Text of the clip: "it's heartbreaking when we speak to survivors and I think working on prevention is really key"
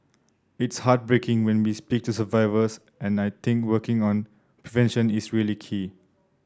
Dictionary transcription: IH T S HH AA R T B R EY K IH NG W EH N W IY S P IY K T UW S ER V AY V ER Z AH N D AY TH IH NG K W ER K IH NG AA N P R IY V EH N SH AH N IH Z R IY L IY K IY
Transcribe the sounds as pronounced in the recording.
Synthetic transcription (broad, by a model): IH T S HH AA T B R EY K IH NG W EH N W IY S P IY K T UW S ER V AY V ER S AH N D AY T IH NG K W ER K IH NG AA N P R IY V EH N SH AH N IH S R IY L IY K IY